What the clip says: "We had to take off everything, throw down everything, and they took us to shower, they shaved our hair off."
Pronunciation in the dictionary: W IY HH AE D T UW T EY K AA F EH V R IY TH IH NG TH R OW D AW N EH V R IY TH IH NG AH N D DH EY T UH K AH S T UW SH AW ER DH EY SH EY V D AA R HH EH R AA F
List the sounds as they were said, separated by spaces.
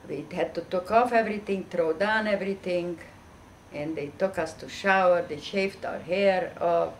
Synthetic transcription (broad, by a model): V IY HH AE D T UW T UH K AA F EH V R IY T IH NG T R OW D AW N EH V R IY T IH NG AH N D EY T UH K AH S T UW SH AW ER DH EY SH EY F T AA R HH EH R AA